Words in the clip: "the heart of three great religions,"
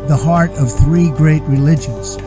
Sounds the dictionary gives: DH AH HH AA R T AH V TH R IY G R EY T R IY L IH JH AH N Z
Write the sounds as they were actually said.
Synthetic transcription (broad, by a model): DH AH HH AA R T AH V TH R IY G R EY T R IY L IH JH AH N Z